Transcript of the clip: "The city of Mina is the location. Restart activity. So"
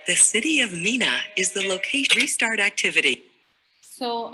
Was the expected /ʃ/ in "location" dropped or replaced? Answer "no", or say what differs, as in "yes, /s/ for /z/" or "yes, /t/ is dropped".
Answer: yes, /ʃ/ is dropped